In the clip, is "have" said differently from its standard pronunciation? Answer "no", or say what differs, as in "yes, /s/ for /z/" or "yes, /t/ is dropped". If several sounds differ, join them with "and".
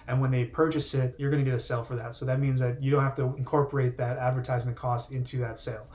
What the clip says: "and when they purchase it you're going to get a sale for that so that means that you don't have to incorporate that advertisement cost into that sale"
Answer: yes, /f/ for /v/